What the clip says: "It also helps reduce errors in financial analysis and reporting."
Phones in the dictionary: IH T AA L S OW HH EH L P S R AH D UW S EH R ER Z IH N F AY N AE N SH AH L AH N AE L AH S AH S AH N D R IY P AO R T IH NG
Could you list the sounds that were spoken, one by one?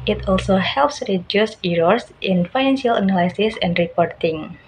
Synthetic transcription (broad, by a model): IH T AA L S OW HH EH L P S R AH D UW S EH R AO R IH N F AY N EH N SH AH L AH N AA L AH S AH S AH N D R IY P AO R T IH NG